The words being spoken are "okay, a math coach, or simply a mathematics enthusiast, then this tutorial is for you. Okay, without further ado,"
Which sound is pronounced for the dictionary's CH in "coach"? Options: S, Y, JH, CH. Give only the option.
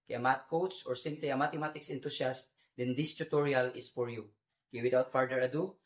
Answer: S